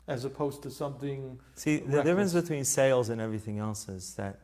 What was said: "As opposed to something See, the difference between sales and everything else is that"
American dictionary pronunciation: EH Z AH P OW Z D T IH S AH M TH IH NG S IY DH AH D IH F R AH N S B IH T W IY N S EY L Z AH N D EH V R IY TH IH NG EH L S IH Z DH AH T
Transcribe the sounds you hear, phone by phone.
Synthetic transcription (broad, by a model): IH Z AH P OW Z T IH S AH M TH IH NG S IY DH AH D IH F R AH N S B IH T W IY N S EY L Z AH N EH V R IY TH IH NG EH L S IH Z DH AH T